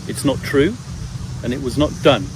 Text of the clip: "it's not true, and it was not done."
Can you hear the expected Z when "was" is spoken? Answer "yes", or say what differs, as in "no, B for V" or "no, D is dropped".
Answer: yes